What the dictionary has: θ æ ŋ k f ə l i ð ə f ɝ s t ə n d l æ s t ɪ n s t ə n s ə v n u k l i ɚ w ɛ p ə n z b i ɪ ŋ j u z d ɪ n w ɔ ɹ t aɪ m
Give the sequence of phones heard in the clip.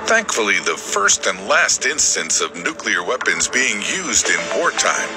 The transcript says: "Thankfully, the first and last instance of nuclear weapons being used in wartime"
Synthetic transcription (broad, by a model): θ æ ŋ k f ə l i ð ə f ɝ s t ə n d l æ s t ɪ n s t ə n s ə v n u k l i ɚ w ɛ p ə n z b i ɪ ŋ j u z d ɪ n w ɔ ɹ t aɪ m